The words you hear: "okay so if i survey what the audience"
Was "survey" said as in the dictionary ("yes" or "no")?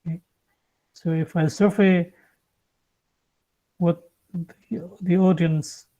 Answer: no